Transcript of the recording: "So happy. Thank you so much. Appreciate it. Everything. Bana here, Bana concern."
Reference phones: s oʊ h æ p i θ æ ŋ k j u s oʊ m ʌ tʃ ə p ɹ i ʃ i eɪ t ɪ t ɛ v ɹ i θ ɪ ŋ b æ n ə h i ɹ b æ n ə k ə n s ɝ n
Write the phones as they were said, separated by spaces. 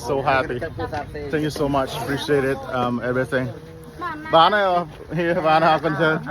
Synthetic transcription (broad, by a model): s oʊ h æ p i θ æ ŋ k j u s oʊ m ʌ tʃ ə p ɹ i ʃ i eɪ t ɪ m ɛ v ɹ i θ ɪ ŋ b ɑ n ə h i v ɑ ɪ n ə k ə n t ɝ